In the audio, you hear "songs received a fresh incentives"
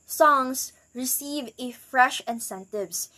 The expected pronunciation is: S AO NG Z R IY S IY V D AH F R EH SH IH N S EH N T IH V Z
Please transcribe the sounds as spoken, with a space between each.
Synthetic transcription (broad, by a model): S AO NG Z R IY S IY V AH F R EH SH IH N S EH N T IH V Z